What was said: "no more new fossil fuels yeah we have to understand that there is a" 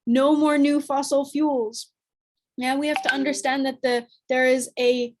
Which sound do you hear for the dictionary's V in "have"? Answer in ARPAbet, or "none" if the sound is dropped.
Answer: F